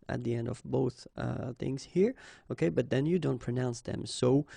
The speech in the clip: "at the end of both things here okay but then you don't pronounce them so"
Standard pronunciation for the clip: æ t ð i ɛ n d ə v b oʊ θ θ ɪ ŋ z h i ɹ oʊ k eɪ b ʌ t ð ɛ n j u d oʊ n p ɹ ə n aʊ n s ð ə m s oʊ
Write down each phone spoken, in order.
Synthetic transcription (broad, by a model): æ t ð i ɛ n d ə v b oʊ θ θ ɪ ŋ z h i ɹ oʊ k eɪ b ʌ t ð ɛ n j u d oʊ n p ɹ ə n aʊ n s ð ə m s oʊ